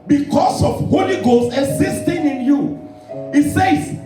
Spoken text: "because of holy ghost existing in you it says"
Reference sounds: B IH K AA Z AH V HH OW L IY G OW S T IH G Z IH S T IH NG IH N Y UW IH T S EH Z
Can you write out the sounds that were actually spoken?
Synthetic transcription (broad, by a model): B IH K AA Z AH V HH OW L IY G OW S IH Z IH S T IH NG IH N Y UW IH T S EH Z